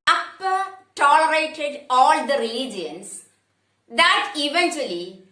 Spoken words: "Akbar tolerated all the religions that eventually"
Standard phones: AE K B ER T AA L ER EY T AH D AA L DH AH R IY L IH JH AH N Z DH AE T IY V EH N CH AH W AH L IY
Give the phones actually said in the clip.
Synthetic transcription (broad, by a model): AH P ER T AA L ER EY T AH D AA L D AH R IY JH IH AH N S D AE T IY V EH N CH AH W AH L IY